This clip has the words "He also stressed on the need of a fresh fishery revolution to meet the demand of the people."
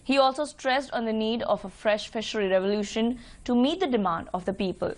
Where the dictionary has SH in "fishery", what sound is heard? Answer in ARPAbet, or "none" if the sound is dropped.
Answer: SH